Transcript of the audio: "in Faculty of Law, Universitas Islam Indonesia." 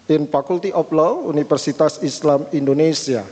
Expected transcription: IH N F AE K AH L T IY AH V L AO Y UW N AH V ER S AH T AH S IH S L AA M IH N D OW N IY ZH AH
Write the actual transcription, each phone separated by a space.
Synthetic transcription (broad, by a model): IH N F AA K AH L T IY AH P L AO UW N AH F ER S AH T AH S IH S L AA M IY N D OW N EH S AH